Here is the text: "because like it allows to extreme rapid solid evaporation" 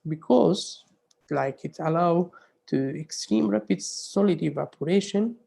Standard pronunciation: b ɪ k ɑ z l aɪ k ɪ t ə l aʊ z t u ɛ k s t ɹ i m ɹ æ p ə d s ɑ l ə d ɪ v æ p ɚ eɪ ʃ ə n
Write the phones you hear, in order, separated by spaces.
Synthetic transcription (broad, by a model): b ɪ k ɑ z l aɪ k ɪ t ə l aʊ t u ɛ k s t ɹ i m ɹ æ p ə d s ɑ l ə d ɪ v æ p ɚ eɪ ʃ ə n